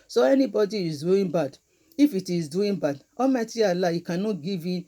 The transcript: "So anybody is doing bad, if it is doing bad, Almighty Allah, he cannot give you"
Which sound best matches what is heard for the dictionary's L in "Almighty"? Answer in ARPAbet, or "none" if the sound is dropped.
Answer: none